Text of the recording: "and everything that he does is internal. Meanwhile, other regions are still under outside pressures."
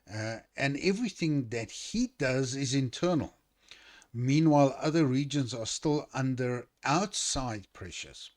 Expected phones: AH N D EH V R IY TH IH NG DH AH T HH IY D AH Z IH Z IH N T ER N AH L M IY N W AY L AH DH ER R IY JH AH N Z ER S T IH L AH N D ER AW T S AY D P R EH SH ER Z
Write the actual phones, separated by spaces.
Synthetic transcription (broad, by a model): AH N EH V R IY TH IH NG DH AH T HH IY D AH Z IH Z IH N T ER N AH L M IY N W AY L AH DH ER R IY JH AH N Z ER S T IH L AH N D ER AW T S AY D P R EH SH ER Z